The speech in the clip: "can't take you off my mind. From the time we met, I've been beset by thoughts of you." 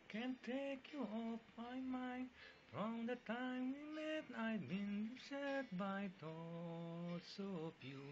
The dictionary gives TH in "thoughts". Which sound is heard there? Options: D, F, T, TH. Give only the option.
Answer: T